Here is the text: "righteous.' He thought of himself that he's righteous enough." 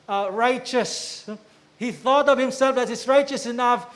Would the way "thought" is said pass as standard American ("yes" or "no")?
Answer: yes